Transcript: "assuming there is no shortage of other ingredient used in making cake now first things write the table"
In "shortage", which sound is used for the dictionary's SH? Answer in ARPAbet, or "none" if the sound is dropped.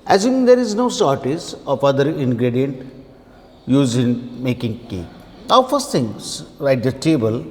S